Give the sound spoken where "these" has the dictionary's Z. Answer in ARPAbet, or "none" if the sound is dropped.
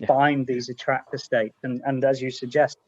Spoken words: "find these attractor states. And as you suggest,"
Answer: Z